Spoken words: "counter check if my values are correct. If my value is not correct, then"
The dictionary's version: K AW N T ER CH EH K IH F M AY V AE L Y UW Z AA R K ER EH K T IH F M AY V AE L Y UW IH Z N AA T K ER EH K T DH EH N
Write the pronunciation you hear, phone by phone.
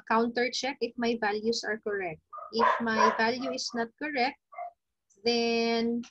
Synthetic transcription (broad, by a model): K AW N T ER CH EH K IH F M AY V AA L Y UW S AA R K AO EH K T IH F M AY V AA L Y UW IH S N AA T K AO EH K T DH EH N